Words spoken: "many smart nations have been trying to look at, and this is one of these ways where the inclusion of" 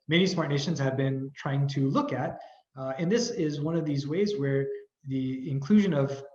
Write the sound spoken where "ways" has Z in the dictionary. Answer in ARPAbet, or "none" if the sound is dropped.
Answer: Z